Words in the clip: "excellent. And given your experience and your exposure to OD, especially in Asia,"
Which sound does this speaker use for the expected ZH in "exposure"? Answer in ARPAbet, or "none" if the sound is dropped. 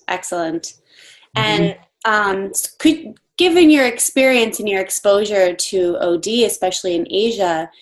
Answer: ZH